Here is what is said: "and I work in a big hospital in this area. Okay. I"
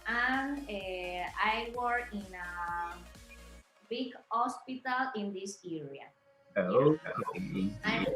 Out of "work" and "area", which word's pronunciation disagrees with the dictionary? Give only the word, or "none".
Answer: work